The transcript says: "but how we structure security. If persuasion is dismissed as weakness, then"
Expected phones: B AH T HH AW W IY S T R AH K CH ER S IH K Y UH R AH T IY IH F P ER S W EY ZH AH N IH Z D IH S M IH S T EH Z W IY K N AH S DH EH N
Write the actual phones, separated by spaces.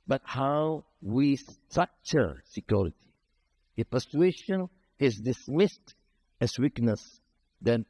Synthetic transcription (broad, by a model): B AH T HH AW W IY S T AH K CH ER S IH K Y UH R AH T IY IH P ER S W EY SH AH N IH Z D IH S M IH S T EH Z W IY K N AH S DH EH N